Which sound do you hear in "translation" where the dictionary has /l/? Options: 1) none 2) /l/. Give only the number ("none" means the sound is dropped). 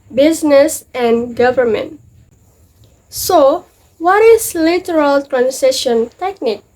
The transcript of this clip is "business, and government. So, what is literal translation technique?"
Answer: 1